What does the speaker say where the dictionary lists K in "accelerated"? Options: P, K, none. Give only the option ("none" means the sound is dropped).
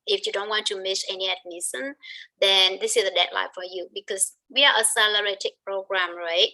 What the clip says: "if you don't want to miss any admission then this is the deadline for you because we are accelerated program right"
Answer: none